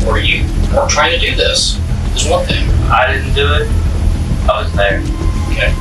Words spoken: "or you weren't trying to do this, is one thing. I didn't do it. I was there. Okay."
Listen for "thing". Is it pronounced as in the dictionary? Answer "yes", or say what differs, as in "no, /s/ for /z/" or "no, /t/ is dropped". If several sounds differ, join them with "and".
yes